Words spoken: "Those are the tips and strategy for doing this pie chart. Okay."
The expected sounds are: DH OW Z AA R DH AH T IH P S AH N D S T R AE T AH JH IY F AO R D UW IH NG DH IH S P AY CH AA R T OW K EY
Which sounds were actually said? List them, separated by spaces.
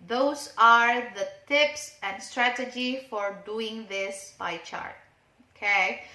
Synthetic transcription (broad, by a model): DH OW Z AA R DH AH T IH P S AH N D S T R AE T AH JH IY F AO R D UW IH NG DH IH S B AY CH AA R T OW K EY